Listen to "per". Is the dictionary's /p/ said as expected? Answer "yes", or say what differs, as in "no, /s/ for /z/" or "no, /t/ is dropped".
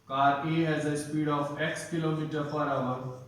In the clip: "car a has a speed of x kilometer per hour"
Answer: no, /f/ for /p/